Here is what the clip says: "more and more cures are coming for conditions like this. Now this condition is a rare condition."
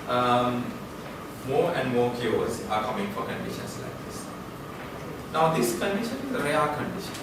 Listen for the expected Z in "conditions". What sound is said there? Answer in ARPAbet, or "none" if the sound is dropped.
S